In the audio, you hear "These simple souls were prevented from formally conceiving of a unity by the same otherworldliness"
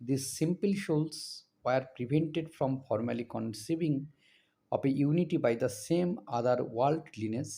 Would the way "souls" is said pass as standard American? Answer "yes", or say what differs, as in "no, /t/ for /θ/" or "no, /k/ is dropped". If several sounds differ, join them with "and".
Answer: no, /ʃ/ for /s/